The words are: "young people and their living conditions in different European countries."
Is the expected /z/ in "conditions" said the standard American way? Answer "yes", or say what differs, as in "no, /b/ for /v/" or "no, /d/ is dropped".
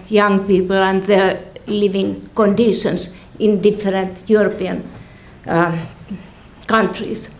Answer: no, /s/ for /z/